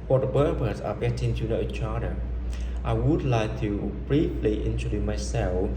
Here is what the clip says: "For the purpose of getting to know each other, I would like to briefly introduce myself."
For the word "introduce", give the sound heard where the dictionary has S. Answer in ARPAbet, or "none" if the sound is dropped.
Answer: none